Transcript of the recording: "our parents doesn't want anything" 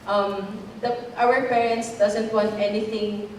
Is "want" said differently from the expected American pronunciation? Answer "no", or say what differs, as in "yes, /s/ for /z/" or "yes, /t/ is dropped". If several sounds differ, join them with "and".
no